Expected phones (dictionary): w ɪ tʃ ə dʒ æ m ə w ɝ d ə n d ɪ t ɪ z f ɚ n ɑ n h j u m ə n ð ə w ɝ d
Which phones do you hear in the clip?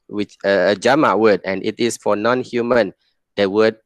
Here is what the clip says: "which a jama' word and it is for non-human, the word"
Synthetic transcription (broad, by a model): w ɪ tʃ ə dʒ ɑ m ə w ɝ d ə n ɪ t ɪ s f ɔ n ɑ n h j u m ə n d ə w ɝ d